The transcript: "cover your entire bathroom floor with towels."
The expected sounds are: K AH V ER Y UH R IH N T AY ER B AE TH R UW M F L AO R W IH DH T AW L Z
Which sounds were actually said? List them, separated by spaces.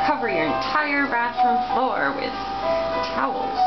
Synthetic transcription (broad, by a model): K AH V ER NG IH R IH N T AY ER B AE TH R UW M F L AO R W IH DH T AW L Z